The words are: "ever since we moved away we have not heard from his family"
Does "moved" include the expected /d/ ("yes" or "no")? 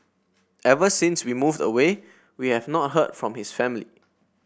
yes